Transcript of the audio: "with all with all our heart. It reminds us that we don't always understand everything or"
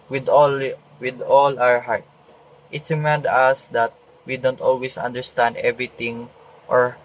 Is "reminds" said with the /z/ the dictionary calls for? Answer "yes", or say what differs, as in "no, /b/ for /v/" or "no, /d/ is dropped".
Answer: no, /z/ is dropped